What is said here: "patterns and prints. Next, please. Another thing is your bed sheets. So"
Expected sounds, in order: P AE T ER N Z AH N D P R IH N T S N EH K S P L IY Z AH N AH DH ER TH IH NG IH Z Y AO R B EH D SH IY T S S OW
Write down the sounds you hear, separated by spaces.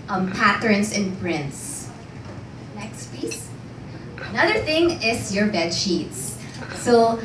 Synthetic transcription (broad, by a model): P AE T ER N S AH N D P R IH N T S N EH K S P IY S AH N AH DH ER TH IH NG IH S Y AO R B EH D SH IY T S S OW